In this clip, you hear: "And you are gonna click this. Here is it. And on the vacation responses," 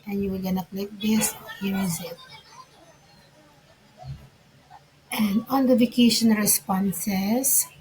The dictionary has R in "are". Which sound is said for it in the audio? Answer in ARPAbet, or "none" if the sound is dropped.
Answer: L